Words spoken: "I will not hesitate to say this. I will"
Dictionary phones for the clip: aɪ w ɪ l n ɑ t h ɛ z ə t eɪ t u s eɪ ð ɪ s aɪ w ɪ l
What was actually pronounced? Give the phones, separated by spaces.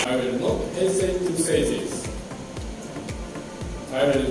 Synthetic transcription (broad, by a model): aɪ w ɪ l n ɑ t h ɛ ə s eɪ t u s eɪ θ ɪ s aɪ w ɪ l